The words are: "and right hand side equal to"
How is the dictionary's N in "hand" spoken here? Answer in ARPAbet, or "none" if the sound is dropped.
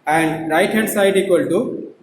none